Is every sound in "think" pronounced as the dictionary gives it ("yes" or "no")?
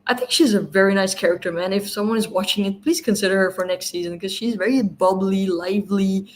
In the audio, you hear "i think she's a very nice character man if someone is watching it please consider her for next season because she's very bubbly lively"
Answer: yes